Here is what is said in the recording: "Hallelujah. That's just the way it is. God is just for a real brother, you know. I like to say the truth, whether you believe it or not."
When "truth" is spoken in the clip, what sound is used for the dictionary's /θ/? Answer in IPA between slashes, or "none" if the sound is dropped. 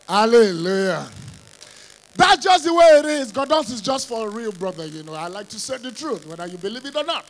/θ/